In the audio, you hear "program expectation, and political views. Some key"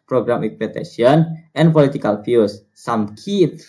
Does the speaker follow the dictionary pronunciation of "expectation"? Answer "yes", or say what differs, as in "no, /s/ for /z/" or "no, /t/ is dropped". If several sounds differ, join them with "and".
no, /s/ is dropped and /k/ is dropped